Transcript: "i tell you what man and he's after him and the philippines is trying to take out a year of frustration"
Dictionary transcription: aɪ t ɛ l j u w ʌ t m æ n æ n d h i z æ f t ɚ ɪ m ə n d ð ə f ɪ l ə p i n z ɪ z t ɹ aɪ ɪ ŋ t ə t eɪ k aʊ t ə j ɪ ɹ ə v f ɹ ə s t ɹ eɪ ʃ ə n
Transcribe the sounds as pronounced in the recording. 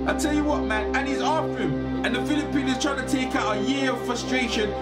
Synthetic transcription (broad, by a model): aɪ t ɛ l j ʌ w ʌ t m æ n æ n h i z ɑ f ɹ ɪ m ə n ð ə f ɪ l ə p i n ɪ z t ɹ aɪ ɪ ŋ t ə t eɪ k aʊ t ə j ɪ ɹ ə v f ɹ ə s t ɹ eɪ ʃ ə n